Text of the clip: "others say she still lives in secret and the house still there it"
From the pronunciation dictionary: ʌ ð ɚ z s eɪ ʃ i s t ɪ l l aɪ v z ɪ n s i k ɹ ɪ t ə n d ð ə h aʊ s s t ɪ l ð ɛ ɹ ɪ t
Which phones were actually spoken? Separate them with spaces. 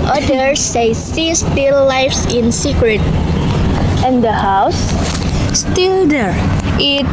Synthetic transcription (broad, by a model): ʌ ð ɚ s eɪ s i s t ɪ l l aɪ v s ɪ n s i k ɹ ɪ t ə n d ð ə h aʊ s s t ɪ l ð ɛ ɹ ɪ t